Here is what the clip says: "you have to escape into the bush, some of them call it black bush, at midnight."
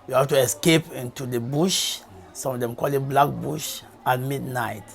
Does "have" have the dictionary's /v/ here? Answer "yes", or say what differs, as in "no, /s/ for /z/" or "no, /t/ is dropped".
no, /f/ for /v/